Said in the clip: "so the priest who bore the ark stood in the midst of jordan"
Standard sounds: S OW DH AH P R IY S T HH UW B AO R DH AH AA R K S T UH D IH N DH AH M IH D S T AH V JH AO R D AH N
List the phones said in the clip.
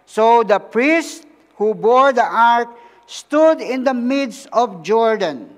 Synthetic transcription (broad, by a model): S OW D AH P R IY S T HH UW B AO R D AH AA R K S T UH D IH N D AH M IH D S AH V JH AO R D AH N